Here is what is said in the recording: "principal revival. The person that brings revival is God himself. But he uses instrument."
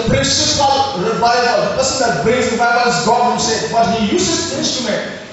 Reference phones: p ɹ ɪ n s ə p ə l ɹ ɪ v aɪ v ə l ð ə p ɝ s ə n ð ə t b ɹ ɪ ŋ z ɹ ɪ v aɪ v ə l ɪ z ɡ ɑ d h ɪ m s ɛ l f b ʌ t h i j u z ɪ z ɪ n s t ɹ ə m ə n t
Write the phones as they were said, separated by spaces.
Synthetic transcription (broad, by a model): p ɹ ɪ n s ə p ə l ɹ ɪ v aɪ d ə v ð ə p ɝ s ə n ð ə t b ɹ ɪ z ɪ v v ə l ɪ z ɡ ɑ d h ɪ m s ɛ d b ʌ t h i j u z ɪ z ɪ n s t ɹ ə m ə n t